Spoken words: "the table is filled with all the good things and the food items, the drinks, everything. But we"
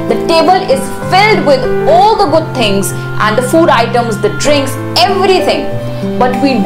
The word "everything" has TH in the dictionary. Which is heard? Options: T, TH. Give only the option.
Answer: T